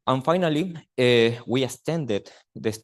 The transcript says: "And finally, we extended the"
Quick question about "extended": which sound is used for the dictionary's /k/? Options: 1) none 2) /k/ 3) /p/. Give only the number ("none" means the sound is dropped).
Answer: 1